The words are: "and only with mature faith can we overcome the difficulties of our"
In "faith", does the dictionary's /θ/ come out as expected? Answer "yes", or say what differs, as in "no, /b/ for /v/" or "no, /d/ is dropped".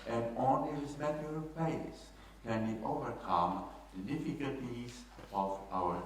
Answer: no, /s/ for /θ/